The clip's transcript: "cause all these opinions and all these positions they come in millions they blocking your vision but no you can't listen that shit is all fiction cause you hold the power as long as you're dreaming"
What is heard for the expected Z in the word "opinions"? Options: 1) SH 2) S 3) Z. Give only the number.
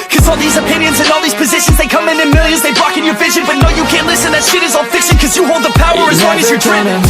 3